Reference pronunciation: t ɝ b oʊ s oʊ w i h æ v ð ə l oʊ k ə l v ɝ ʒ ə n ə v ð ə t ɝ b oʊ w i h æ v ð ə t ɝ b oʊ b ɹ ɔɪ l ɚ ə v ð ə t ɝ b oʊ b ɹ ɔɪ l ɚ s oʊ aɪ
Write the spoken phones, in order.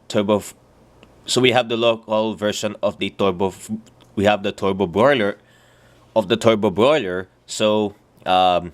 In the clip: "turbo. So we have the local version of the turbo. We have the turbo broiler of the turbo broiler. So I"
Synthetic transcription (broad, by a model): t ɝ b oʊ s oʊ w i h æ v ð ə l oʊ k ə l v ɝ ʃ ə n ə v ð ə t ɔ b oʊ w i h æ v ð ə t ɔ b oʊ b ɹ ɔɪ l ɚ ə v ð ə t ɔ b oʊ b ɹ ɔɪ l ɚ s oʊ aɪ